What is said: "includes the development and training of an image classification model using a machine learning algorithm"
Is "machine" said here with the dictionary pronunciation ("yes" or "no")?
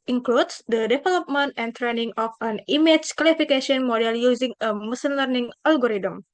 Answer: no